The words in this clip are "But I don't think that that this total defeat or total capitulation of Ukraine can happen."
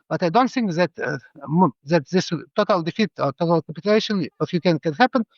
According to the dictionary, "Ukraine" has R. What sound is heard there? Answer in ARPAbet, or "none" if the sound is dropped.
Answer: none